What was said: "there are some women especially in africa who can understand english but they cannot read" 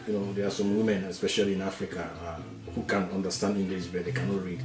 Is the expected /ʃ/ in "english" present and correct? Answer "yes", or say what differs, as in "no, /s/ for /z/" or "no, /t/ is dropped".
no, /s/ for /ʃ/